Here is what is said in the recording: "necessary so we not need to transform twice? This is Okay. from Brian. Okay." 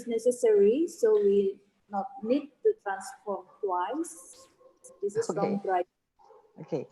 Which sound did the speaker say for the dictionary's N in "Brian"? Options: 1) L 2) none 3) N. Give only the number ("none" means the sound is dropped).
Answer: 2